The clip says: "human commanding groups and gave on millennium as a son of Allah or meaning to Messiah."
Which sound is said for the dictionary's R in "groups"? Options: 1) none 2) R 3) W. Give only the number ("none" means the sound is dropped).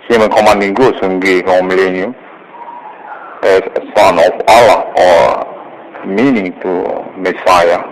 1